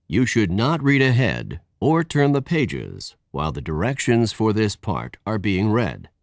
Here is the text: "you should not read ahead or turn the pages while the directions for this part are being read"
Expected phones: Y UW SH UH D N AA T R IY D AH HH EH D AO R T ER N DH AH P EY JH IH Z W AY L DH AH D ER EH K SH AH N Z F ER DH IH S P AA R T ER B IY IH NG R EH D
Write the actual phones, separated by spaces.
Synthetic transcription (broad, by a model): Y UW SH UH D N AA T R IY D AH HH EH D AO R T ER N DH AH P EY JH IH Z W AY L DH AH D ER EH K SH AH N Z F ER DH IH S P AA R T ER B IY IH NG R EH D